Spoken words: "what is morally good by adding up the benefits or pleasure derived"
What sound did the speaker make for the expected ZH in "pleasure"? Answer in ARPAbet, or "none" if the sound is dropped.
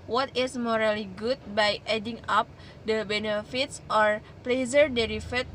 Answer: Z